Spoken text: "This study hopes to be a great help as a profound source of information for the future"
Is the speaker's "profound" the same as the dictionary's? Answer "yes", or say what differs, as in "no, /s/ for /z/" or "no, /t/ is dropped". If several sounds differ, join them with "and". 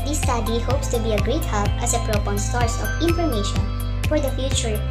no, /p/ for /f/